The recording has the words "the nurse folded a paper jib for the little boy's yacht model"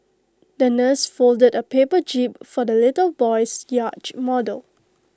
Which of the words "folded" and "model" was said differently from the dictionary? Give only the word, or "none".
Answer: none